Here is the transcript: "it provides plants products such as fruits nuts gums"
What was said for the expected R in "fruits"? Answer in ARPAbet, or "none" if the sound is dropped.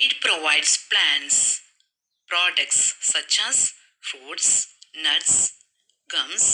none